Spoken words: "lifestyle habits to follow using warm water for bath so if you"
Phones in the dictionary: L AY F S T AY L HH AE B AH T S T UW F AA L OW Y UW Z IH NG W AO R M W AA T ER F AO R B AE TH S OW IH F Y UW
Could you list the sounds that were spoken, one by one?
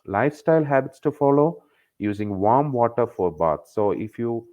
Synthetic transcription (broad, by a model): L AY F S T AY L HH AE B AH T S T UW F AA L OW Y UW Z IH NG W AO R M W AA T ER F AO R B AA T S OW IH F Y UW